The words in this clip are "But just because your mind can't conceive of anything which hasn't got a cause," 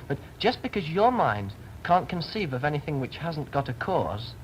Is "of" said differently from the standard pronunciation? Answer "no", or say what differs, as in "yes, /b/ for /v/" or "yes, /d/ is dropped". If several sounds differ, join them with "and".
no